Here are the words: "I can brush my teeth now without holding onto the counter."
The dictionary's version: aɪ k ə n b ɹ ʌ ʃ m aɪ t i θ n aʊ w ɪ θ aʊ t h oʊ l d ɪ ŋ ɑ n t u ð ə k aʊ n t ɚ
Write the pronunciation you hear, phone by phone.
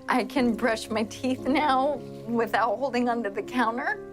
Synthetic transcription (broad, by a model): aɪ k ə n b ɹ ʌ ʃ m aɪ t i θ n aʊ w ɪ θ aʊ t h oʊ l d ɪ ŋ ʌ n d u ð ə k aʊ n t ɚ